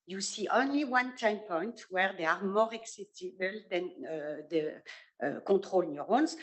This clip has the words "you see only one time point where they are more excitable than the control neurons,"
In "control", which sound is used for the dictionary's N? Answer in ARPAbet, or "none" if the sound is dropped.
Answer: none